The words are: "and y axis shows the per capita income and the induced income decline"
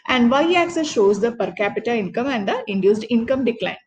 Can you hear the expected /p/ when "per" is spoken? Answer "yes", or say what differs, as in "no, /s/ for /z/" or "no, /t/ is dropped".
yes